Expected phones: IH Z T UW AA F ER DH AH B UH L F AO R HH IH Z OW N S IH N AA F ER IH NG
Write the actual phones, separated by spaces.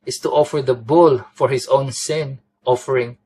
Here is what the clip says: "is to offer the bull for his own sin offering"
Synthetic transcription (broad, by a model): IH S T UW AA F ER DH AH B UH L F AO R HH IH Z OW N S IH N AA F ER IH NG